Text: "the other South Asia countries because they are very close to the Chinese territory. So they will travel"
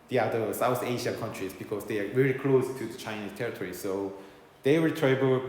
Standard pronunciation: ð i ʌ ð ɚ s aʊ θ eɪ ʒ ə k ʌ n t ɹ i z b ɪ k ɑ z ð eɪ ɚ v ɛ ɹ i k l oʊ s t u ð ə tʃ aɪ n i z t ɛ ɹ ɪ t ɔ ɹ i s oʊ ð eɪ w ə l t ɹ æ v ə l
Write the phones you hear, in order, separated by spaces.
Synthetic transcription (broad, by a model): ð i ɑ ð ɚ s aʊ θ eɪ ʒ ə k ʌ n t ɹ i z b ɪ k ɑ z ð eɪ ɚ v ɛ ɹ i k l oʊ s t u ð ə tʃ aɪ n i s t ɛ ɹ ɪ t ɔ ɹ i s oʊ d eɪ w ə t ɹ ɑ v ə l